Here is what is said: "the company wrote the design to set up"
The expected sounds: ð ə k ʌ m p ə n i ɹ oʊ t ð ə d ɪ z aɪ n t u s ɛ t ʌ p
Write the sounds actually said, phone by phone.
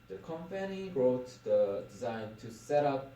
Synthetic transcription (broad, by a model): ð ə k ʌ m p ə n i ɹ oʊ t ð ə d ɪ z aɪ n t u s ɛ t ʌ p